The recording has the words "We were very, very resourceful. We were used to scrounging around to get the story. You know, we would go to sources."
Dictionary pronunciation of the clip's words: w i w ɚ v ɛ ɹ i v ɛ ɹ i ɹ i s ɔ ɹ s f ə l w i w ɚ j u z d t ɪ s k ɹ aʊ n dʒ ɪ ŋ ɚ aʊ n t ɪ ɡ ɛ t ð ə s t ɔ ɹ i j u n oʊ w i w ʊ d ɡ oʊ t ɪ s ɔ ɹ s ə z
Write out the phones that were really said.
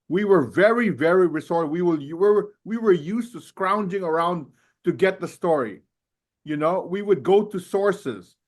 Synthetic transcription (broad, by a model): w i w ɚ v ɛ ɹ i v ɛ ɹ i ɹ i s ɔ ɹ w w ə w w i w ɚ j u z t ɪ s k ɹ aʊ n dʒ ɪ ŋ ɚ aʊ n t ɪ ɡ ɛ t ð ə s t ɔ ɹ i j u n oʊ w i w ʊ d ɡ oʊ t ɪ s ɔ ɹ s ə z